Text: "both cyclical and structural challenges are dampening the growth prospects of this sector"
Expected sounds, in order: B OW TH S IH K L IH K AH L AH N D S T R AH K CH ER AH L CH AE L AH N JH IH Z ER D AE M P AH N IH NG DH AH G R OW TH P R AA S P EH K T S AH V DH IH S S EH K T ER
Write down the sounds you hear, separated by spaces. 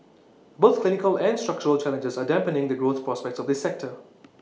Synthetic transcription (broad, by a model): B OW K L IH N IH K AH L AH N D S T R AH K CH ER AH L CH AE L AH N JH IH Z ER D AE M P AH N IH NG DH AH G R OW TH P R AA S P EH K T S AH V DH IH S S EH K T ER